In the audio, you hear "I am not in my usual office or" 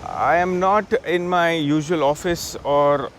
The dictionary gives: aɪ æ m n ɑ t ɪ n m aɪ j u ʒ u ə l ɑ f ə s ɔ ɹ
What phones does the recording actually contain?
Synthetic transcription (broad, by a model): aɪ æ m n ɑ t ɪ n m aɪ j u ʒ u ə l ɑ f ə s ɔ ɹ